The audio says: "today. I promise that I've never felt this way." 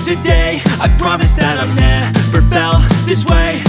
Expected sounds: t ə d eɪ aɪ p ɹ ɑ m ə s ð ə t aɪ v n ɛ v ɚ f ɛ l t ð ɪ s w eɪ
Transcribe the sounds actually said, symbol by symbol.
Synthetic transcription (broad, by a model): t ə d eɪ aɪ p ɹ ɑ m ə s ð ə t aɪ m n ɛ p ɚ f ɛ l ð ɪ s w eɪ